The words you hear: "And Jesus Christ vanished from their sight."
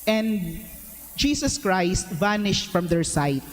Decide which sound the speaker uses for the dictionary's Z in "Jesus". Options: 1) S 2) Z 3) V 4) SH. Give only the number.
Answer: 1